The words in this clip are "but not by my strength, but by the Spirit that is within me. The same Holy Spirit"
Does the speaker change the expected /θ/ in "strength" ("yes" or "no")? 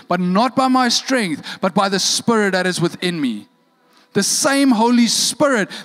no